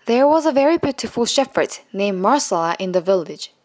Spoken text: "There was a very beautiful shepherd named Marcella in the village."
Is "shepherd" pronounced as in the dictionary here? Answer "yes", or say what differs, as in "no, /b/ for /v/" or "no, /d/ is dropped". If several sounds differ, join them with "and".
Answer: no, /f/ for /p/